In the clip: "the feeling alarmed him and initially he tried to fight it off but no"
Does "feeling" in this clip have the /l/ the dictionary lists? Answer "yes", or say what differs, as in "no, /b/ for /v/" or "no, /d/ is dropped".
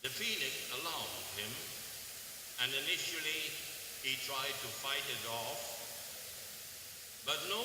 no, /n/ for /l/